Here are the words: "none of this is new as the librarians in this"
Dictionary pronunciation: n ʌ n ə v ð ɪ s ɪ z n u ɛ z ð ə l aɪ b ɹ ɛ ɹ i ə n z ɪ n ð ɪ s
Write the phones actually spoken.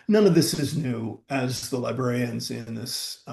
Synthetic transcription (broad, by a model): n ʌ n ə v ð ɪ s ɪ z n u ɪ z ð ə l aɪ b ɹ ɛ ɹ i ə n z ɪ n ð ɪ s